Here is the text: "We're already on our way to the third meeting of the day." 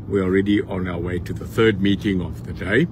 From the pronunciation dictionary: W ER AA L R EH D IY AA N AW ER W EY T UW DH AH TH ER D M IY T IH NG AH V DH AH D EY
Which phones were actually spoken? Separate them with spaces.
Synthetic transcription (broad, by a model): W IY AA L R EH D IY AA N AW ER W EY T UW DH AH TH ER D M IY T IH NG AH V DH AH D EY